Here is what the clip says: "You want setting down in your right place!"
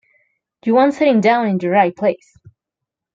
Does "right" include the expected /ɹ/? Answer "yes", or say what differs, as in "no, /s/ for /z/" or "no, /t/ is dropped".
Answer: yes